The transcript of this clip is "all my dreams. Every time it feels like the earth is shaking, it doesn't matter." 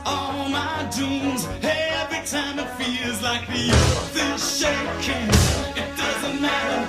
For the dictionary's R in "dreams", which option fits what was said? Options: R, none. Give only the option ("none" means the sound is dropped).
none